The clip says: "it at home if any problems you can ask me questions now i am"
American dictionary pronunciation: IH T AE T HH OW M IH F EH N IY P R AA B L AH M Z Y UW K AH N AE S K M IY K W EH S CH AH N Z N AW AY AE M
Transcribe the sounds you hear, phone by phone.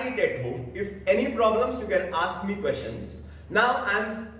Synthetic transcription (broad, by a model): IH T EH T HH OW IH F EH N IY P R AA B L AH M S Y UW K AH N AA S K M IY K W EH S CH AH N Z N AW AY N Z